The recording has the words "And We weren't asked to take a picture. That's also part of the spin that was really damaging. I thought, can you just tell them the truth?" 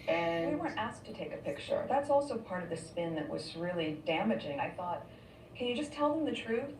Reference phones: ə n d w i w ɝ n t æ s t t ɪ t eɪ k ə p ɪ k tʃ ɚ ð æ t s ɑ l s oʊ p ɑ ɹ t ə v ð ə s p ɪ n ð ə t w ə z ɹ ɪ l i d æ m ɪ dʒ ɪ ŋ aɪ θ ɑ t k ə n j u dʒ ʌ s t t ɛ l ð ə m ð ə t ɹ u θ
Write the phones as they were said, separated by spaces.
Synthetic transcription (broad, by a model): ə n w i w ɝ n t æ s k t ɪ t eɪ k ə p ɪ k tʃ ɚ ð æ t s ɑ l s oʊ p ɑ ɹ t ə v ð ə s p ɪ n ð ə t w ə z ɹ ɪ l i d æ m ɪ dʒ ɪ ŋ aɪ θ ɑ t k ə n j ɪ dʒ ʌ s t t ɛ l ð ə m ð ə t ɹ u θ